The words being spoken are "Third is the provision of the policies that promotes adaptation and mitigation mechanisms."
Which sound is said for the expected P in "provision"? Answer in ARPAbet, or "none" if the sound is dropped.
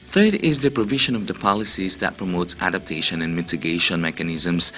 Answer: P